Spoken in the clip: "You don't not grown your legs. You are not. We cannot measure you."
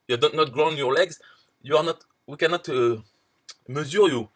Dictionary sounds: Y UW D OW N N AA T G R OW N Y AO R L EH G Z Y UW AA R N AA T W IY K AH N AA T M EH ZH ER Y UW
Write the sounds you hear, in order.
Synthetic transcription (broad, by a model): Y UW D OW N N AA T G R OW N Y AO R L EH G Z Y UW AA R N AA T W IY K AH N AA T M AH Z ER Y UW